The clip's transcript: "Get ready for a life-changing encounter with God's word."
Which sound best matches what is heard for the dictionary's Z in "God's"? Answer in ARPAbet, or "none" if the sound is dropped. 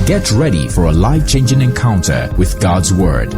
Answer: Z